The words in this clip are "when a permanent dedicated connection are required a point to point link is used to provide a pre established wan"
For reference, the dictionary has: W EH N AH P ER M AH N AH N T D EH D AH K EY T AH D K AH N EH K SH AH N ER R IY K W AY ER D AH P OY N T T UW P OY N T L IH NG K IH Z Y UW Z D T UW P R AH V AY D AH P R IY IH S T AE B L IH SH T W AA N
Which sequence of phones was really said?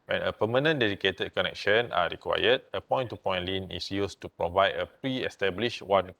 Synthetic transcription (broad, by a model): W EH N AH P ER M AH N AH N D EH D AH K EY T AH D K AH N EH K SH AH N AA R IY K W AY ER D AH P OY N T T UW P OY N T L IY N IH S Y UW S T UW P R AH V AY D AH P R IY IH S T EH B L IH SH W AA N